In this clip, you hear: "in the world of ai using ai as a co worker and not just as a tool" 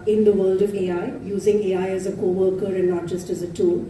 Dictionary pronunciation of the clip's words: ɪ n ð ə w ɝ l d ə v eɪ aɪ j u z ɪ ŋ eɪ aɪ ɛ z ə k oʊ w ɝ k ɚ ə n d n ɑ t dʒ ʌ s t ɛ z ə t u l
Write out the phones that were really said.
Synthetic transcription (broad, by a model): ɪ n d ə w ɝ l d ə v eɪ aɪ j u z ɪ ŋ eɪ aɪ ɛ z ə k oʊ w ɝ k ɚ ə n d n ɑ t dʒ ʌ s t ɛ z ə t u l